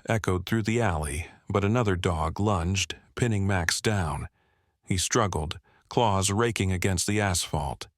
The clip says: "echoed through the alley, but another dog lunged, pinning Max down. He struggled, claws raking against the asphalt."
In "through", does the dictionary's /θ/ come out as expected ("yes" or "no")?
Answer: yes